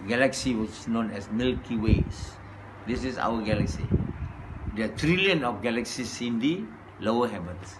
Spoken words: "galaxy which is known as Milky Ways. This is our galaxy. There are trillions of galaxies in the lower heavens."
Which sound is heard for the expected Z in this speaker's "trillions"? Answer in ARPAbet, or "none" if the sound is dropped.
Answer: none